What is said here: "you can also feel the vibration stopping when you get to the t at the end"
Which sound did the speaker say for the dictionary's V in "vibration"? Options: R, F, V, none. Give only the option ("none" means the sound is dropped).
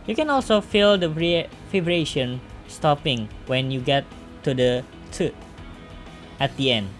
F